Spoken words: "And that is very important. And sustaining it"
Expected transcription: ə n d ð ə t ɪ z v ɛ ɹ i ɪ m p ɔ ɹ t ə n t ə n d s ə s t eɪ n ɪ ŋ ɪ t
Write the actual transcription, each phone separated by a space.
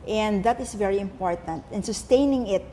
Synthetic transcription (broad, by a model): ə n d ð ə t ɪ s v ɛ ɹ i ɪ m p ɔ ɹ t ə n t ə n s ə s t eɪ n ɪ ŋ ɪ t